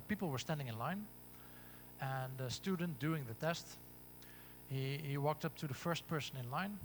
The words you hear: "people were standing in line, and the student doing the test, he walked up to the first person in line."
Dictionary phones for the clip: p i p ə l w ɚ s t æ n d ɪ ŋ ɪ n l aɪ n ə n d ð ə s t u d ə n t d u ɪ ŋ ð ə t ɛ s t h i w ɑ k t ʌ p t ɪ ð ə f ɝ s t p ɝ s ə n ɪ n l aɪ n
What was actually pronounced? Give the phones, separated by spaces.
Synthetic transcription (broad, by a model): p i p l w ɚ s t æ n d ɪ ŋ ɪ n l aɪ n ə n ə s t u d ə n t d u ɪ ŋ ð ə t ɛ s t h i w ɑ k t ʌ p t ɪ ð ə f ɝ s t p ɝ s ə n ɪ n l aɪ n